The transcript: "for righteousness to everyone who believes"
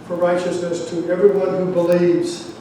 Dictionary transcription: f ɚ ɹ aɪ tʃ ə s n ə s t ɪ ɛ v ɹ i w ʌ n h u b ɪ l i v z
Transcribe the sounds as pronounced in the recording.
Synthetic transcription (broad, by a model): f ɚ ɹ aɪ tʃ ə s n ə s t ɪ ɛ v ɹ i w ʌ n h u b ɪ l i v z